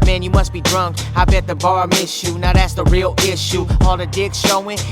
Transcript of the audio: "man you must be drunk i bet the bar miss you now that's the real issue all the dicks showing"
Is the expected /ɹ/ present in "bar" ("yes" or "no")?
yes